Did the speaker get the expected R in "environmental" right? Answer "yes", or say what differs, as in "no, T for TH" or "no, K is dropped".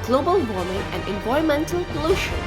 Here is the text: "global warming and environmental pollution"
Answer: no, R is dropped